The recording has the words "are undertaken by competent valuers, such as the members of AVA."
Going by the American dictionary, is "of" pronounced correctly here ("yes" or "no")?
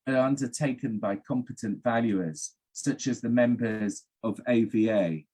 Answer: yes